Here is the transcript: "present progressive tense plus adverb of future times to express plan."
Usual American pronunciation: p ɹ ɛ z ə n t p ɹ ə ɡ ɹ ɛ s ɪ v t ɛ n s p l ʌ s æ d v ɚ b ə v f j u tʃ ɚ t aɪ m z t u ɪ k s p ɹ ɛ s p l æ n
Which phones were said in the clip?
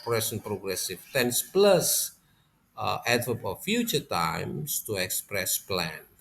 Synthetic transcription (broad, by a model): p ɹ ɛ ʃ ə n p ɹ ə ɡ ɹ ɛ s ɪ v t ɛ n s p l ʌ s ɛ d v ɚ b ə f j u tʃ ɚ t aɪ m s t u ɪ k s p ɹ ɛ s p l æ n